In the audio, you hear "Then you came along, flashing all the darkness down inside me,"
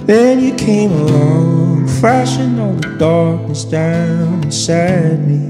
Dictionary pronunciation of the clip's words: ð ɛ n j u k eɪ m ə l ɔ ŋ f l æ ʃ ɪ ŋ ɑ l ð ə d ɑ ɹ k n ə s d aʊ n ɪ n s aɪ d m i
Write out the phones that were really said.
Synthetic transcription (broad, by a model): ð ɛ n j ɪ k eɪ m ə l ɔ ŋ f æ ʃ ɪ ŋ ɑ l ð ə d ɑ ɹ k n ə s d aʊ n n s aɪ d m i